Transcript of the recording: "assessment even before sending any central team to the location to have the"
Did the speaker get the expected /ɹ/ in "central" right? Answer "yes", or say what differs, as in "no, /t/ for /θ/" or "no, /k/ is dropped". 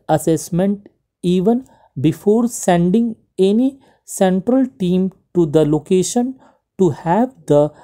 yes